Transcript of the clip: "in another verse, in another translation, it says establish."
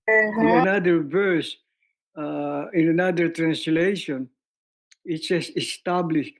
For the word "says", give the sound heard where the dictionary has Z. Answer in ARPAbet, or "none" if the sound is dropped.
S